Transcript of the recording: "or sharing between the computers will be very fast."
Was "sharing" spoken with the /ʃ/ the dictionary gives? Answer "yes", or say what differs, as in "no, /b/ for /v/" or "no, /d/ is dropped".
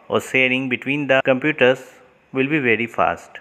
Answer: no, /s/ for /ʃ/